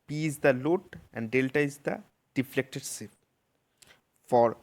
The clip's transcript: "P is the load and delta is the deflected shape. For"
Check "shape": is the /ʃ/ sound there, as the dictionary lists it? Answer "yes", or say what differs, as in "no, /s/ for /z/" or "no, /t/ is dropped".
no, /s/ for /ʃ/